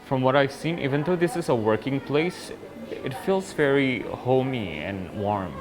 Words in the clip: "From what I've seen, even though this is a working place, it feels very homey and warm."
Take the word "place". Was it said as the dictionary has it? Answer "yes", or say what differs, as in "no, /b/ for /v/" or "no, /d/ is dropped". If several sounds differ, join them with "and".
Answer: yes